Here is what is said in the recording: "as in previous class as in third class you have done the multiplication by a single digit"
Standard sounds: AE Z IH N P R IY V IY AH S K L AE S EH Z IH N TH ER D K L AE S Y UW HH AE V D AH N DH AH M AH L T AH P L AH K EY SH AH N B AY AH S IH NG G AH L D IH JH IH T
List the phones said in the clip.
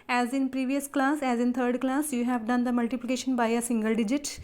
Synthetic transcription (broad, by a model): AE Z IH N P R IY V IY AH S K L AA S EH Z IH N T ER D K L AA S Y UW HH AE V D AH N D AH M AH L T AH P L AH K EY SH AH N B AY AH S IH NG G AH L D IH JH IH T